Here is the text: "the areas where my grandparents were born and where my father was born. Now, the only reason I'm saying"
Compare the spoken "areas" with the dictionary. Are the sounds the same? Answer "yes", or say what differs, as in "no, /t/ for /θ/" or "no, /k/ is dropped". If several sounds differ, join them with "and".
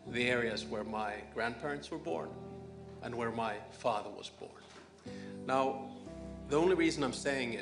yes